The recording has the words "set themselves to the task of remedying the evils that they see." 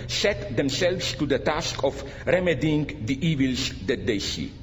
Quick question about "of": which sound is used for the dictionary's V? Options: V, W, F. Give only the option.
F